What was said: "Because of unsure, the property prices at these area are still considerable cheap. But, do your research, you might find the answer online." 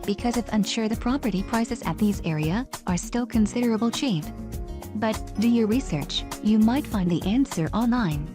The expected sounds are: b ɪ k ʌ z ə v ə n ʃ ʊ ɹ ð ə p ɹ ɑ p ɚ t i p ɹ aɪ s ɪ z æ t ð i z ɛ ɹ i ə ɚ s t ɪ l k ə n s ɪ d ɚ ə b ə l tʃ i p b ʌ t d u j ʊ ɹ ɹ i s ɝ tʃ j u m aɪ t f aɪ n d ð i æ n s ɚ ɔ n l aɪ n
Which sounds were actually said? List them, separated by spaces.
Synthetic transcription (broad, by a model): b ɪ k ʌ z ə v ə n ʃ ʊ ɹ ð ə p ɹ ɑ p ɚ t i p ɹ aɪ s ɪ z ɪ t ð i z ɛ ɹ i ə ɚ s t ɪ l k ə n s ɪ d ɚ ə b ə l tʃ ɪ f b ʌ t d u j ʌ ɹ ɹ i s ɝ tʃ j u m aɪ t f aɪ n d ð i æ n s ɚ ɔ n l aɪ n